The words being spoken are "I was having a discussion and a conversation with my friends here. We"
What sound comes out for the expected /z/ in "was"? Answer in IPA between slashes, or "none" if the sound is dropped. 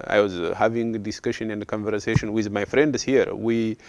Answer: /z/